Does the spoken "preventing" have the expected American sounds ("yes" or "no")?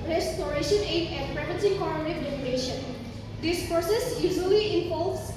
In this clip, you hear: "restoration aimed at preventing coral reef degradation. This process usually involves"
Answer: no